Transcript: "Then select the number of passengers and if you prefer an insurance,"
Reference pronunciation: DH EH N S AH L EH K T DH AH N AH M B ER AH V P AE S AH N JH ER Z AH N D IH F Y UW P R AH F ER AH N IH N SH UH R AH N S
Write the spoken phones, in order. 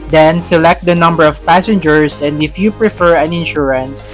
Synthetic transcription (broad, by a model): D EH N S AH L EH K T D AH N AH M B ER AH V P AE S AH N JH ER S AH N D IH F Y UW P R AH F ER AH N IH N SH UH R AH N S